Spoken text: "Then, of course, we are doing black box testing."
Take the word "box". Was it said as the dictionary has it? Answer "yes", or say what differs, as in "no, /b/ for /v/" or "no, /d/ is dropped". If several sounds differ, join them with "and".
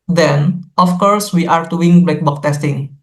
no, /s/ is dropped